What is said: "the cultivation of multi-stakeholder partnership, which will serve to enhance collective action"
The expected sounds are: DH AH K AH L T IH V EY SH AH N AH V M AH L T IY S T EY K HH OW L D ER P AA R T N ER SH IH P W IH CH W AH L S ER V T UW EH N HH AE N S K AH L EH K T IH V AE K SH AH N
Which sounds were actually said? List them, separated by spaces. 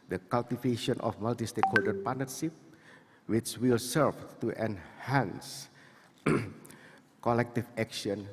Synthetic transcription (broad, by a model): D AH K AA L T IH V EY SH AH N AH F M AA L T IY S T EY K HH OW D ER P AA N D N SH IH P W IH CH W AH L S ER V T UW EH N HH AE N S K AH L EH K T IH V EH K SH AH N